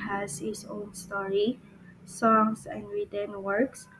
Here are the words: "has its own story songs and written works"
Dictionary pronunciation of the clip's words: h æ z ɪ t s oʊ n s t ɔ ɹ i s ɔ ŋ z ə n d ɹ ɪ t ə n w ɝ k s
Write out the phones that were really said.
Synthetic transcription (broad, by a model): h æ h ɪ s oʊ n s t ɔ ɹ i s ɔ ŋ s ə n d ɹ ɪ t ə n w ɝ k s